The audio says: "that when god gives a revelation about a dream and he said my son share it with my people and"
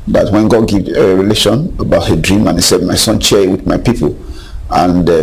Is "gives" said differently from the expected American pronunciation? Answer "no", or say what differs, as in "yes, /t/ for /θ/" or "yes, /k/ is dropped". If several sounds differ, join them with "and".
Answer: yes, /z/ is dropped